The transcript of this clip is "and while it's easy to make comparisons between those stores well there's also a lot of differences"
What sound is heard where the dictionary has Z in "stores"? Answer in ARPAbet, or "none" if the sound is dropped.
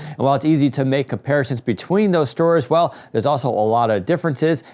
Z